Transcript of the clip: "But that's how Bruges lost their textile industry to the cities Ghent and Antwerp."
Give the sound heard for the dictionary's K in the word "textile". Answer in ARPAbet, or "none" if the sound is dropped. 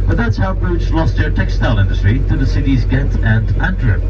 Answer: K